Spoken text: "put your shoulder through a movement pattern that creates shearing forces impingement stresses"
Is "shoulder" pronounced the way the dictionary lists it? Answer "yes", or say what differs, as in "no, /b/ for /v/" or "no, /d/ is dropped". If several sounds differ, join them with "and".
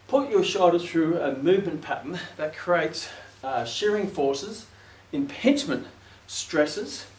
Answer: no, /l/ is dropped